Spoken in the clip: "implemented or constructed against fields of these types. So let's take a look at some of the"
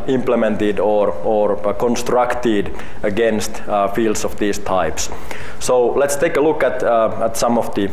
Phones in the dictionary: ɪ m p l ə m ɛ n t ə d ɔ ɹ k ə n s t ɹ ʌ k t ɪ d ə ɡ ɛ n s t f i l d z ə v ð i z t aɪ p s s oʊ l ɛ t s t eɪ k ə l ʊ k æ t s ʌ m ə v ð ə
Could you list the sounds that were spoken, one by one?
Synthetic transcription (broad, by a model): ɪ m p l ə m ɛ n t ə d ɔ ɹ k ə n s t ɹ ʌ k t ɪ d ə ɡ ɛ n s t f i l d s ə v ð i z t aɪ p s s oʊ l ɛ t s t eɪ k ə l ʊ k æ t s ʌ m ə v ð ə